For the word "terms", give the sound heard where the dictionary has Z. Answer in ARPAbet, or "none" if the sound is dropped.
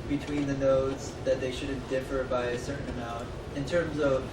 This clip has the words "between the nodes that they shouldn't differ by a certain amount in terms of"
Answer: Z